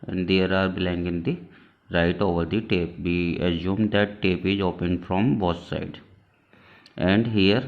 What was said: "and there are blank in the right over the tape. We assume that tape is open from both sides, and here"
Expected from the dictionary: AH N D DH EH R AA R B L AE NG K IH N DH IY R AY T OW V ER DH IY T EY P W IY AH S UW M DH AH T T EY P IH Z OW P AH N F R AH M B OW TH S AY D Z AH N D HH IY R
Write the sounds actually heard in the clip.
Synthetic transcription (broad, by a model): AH N D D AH R AA R B L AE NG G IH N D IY R AY T OW V ER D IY T EY P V IY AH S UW M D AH T T EY P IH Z OW P AH N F R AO M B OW S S AY D AH N D HH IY R